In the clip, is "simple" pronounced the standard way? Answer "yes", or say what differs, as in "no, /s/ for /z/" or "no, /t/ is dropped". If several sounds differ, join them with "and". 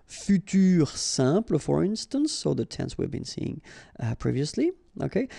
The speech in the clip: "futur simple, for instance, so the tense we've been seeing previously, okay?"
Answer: no, /m/ is dropped